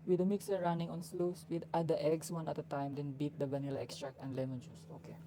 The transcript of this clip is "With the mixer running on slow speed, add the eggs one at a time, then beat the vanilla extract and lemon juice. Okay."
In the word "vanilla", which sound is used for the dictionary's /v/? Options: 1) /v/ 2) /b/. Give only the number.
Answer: 2